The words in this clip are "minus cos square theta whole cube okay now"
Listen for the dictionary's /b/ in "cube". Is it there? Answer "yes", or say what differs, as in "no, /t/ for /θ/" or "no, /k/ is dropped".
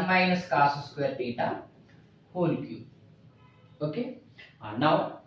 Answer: no, /b/ is dropped